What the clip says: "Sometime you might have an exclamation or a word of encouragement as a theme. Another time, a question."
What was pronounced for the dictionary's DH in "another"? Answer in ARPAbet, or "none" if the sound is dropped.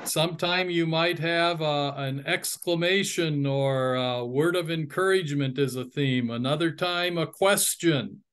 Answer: DH